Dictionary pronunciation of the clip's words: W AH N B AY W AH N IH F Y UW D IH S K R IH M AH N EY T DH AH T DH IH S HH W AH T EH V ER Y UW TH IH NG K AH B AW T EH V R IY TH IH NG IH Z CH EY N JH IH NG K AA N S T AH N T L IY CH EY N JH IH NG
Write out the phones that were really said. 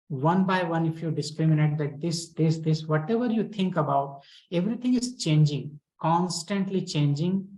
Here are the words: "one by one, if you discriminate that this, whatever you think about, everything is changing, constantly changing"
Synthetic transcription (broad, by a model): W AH N B AY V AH N IH F Y UW D IH S K R IH M AH N EY T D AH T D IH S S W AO T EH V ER Y UW T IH NG K AH B AW T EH V R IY T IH NG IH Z CH EY N JH IH NG K AA N S T AH N T L IY CH EY N JH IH NG